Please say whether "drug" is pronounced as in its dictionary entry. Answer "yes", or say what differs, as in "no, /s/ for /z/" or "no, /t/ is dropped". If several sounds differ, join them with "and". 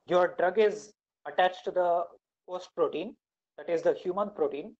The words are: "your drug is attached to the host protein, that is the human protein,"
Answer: yes